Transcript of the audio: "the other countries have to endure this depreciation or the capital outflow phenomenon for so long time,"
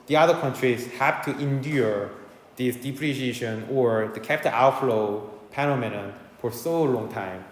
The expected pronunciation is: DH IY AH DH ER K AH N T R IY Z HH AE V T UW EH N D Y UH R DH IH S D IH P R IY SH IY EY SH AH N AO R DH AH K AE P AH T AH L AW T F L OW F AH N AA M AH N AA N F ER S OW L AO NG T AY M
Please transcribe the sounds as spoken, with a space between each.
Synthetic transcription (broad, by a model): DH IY AH DH ER K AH N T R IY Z HH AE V T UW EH N D Y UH R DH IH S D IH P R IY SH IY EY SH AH N AO R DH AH K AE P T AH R AW T F L OW P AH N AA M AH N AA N F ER S OW L AO NG T AY M